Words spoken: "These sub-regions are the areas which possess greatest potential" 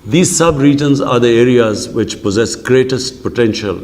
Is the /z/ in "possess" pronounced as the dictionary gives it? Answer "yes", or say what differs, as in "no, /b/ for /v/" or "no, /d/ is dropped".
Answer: yes